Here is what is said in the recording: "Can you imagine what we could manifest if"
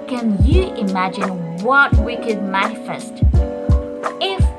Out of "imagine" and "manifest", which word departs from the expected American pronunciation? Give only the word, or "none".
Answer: none